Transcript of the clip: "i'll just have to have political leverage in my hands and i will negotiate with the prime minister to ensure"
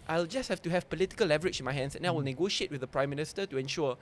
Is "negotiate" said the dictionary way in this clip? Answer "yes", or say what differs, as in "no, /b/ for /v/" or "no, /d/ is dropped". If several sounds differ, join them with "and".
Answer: yes